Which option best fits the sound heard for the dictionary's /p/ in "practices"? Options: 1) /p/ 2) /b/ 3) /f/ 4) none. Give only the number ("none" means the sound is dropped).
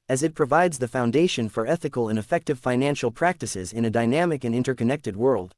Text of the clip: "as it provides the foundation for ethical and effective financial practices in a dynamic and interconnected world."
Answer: 1